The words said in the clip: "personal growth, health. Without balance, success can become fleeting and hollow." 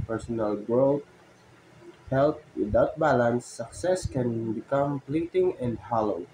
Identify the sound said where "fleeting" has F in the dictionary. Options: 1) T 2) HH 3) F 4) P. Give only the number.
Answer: 4